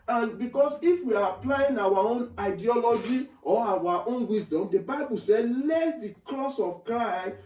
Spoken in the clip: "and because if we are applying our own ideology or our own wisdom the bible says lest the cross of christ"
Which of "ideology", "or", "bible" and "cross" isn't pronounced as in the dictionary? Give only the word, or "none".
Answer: or